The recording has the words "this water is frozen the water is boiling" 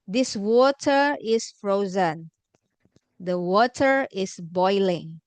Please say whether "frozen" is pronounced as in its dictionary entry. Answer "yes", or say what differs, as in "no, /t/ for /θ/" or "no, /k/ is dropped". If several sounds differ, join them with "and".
yes